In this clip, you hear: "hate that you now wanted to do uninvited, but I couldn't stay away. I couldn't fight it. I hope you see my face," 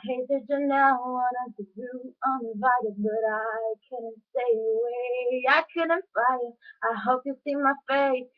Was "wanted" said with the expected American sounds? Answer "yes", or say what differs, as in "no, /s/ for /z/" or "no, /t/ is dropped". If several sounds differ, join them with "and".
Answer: no, /n/ is dropped